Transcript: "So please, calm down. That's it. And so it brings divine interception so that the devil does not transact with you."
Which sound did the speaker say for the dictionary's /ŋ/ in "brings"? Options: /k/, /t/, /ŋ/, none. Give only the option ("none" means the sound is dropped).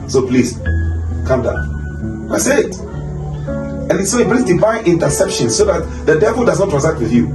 none